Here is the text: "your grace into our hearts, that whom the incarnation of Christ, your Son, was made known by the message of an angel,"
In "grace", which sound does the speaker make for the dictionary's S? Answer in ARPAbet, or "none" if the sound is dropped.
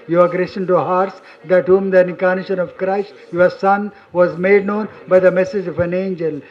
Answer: SH